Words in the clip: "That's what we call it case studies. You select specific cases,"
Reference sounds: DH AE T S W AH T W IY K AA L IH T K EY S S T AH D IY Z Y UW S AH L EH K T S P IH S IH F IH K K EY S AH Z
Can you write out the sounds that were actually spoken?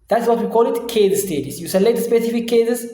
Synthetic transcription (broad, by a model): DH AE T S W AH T W IY K AA L IH T K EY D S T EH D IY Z Y UW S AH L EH T S P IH S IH F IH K K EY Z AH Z